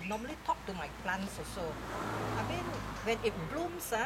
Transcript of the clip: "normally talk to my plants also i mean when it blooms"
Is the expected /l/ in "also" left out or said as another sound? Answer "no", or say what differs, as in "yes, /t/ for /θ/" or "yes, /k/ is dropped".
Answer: yes, /l/ is dropped